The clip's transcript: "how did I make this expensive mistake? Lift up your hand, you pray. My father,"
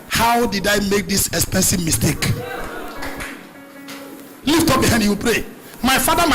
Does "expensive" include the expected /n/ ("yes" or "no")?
yes